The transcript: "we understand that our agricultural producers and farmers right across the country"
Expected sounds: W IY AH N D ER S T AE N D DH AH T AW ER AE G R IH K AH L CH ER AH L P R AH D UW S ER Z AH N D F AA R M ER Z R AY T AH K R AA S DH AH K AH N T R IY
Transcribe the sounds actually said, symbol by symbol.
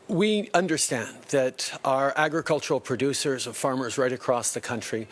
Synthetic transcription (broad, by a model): W IY AH N D ER S T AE N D DH AH T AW ER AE G R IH K AH L CH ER L P R AH D UW S ER Z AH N F AA R M ER Z R AY T AH K R AA S DH AH K AH N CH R IY